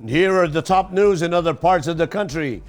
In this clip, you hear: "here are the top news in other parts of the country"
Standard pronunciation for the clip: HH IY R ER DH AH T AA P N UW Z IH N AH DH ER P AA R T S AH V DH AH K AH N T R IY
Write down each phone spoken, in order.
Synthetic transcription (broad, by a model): HH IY R ER DH AH T AA P N UW Z IH N AH DH ER P AA R T S AH V DH AH K AH N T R IY